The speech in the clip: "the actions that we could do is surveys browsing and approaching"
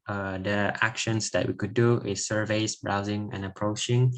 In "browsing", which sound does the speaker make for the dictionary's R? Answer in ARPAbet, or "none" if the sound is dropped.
R